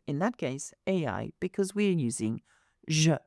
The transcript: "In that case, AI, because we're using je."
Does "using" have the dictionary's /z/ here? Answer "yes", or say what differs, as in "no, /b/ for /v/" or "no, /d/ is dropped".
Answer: yes